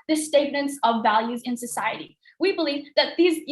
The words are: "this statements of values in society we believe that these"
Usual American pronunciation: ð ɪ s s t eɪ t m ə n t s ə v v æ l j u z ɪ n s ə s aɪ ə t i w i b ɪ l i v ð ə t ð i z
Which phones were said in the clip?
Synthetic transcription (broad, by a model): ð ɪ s s t eɪ t m ə n t s ə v v æ l j u z ɪ n s ə s aɪ ə t i w i b ɪ l i v ð ə t ð i z